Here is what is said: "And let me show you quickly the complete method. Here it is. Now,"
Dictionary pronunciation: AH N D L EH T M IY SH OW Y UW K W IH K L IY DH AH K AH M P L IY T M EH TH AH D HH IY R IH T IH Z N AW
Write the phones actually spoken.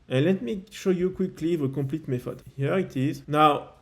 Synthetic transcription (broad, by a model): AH N L EH T M IY SH OW Y UW K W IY K L IY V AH K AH P L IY T M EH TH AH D HH IY R IH T IH Z N AW